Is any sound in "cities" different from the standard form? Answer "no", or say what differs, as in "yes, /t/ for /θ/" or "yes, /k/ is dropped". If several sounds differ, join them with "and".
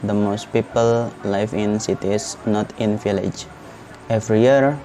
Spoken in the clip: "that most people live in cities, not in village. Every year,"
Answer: yes, /s/ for /z/